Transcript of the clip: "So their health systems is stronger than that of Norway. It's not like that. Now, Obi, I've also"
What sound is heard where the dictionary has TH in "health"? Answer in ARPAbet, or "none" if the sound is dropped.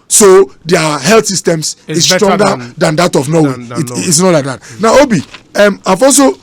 T